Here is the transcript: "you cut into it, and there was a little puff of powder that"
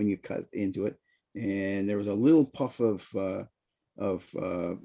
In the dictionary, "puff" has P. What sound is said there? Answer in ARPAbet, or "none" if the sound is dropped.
P